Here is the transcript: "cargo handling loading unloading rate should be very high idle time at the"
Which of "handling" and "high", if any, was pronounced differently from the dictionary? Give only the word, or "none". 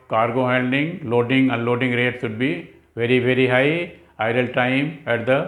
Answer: handling